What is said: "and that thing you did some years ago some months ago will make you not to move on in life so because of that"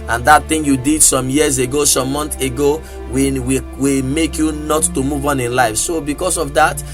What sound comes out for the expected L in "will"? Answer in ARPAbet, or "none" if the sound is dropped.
W